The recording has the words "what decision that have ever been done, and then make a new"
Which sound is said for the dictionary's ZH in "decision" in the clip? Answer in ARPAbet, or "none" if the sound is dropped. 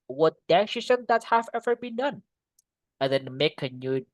S